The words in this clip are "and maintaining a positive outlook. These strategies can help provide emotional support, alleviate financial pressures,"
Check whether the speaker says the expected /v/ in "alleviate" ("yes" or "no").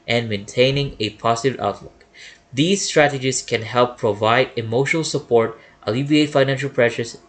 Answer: no